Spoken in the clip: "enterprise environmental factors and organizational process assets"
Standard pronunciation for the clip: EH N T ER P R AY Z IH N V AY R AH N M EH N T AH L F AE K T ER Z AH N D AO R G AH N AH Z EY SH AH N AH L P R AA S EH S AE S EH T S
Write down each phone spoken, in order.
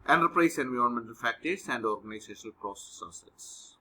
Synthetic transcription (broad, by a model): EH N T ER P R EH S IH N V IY AH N M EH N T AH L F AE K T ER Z AH N D AO R G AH N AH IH S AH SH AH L P R AA S EH S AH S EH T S